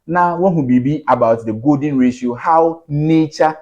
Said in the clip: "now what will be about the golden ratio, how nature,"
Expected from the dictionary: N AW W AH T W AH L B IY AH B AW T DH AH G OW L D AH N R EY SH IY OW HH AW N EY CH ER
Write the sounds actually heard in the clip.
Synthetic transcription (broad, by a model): N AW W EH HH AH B B IY AH B AW T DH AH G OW D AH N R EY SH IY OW HH AW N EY CH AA